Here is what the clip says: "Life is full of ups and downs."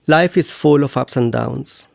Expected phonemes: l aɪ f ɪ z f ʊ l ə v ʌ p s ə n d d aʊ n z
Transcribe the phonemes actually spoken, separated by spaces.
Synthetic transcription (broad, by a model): l aɪ f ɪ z f ʊ l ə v ʌ p s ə n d d aʊ n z